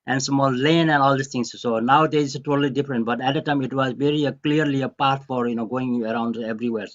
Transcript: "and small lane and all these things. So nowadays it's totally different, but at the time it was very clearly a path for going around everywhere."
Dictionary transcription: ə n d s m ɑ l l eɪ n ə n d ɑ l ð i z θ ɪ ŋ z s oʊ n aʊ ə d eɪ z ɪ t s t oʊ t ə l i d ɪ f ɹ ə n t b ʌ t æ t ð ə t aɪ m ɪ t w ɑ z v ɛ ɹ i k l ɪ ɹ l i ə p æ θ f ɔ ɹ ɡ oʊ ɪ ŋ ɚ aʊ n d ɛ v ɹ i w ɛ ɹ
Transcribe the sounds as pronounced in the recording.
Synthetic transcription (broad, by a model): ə n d s m ɑ l l eɪ n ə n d ɑ l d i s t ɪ ŋ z s oʊ n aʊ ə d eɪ ɪ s t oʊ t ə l i d ɪ f ɹ ə n t b ʌ t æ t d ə t aɪ m ɪ t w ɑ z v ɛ ɹ i k l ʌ ɹ l i ə p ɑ t f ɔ ɹ ɡ oʊ ɪ ŋ ɚ aʊ n d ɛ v ɹ i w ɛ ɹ